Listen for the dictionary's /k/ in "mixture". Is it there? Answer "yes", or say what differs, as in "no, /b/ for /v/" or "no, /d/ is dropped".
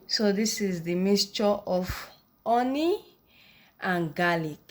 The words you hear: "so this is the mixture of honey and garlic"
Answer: no, /k/ is dropped